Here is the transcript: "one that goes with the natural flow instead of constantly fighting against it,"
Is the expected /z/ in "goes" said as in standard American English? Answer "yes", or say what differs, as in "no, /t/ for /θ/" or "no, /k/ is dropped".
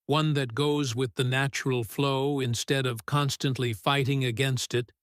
yes